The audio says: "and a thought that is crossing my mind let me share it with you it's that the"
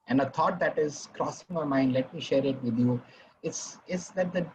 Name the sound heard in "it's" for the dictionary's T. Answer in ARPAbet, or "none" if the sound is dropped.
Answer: S